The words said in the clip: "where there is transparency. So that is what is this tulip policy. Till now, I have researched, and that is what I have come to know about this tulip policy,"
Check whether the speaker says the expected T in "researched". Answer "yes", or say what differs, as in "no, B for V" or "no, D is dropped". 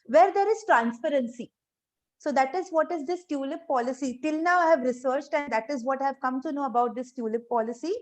yes